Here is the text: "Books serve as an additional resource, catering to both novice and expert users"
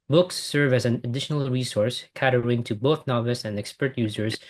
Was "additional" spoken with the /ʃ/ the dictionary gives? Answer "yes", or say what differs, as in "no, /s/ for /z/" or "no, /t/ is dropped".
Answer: yes